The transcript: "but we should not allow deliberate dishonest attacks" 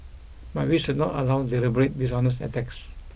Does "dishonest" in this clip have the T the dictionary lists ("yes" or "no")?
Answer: no